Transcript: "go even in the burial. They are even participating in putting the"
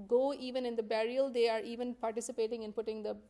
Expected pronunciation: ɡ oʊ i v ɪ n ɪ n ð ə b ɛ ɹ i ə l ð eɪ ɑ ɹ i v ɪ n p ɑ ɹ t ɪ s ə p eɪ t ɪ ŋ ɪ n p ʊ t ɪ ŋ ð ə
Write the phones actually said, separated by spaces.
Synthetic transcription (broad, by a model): ɡ oʊ i v ɪ n ɪ n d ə b ɛ ɹ i ə l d eɪ ɑ ɹ i v ɪ n p ɑ ɹ t ɪ s ə p eɪ t ɪ ŋ ɪ n p ʊ t ɪ ŋ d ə